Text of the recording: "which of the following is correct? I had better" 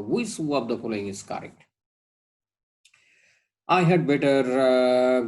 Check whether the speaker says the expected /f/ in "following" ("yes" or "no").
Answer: no